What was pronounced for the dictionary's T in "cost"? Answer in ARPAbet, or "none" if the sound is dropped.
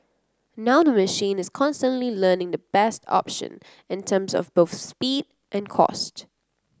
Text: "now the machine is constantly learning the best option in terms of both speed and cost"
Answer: T